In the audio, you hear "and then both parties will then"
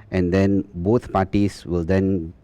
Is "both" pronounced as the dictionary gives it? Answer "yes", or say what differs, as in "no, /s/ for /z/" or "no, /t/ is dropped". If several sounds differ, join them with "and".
no, /t/ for /θ/